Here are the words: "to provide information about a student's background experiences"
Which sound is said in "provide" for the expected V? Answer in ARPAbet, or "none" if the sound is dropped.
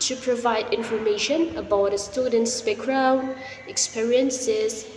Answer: V